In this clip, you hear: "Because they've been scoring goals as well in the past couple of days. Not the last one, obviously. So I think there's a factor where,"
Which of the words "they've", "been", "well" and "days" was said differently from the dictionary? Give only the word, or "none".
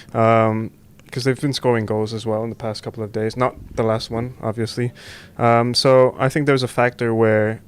none